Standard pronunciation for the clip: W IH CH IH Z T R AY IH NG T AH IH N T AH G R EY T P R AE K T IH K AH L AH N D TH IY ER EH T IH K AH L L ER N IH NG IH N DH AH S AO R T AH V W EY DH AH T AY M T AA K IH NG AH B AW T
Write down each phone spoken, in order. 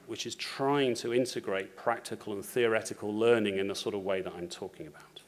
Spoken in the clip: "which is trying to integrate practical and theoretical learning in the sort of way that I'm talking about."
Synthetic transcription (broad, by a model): W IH CH IH Z T R AY IH NG T AH IH N T AH G R EY T P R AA K T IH K AH L AH N TH IY ER EH T IH K AH L L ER N IH NG IH N DH AH S AO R T AH V W EY DH AH T AY M T AA K IH NG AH B AW T